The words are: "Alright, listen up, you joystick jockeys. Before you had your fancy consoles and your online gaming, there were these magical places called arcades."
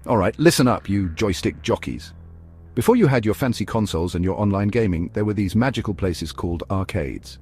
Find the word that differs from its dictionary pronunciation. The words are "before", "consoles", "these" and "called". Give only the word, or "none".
none